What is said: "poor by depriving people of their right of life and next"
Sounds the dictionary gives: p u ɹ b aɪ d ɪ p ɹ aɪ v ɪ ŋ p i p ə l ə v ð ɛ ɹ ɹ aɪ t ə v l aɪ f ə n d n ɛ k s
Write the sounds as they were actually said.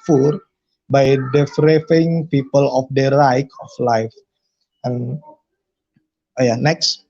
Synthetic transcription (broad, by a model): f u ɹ b aɪ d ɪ f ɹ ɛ f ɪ ŋ p i p ə l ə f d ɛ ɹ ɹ aɪ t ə f l aɪ f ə n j n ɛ k s